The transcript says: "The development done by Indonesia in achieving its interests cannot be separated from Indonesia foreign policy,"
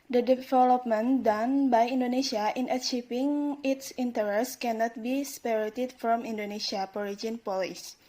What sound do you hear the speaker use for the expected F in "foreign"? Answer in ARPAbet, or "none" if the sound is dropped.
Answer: P